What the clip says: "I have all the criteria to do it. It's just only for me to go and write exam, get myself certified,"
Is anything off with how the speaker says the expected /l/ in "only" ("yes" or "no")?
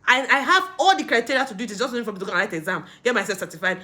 yes